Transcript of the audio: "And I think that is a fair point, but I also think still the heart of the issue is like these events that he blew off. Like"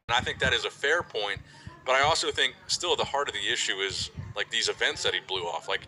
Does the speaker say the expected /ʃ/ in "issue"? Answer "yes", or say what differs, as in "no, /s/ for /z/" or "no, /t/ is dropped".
yes